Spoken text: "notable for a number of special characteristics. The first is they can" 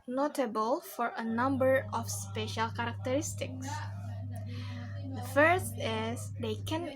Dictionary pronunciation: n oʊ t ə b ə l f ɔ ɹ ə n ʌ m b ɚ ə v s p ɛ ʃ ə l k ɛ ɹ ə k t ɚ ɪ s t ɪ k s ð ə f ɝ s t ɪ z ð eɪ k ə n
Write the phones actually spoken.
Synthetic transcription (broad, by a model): n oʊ t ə b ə l f ɔ ɹ ə n ʌ m b ɚ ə f s p ɛ ʃ ə l k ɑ ɹ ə k t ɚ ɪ s t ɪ k s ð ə f ɝ s t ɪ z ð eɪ k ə n